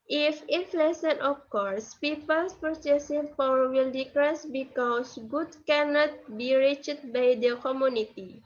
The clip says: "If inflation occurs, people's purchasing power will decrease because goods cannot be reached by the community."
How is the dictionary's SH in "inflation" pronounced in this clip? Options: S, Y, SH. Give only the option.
S